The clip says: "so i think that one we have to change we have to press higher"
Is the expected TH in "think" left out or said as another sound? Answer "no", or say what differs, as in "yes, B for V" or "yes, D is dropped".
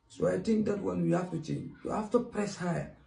yes, T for TH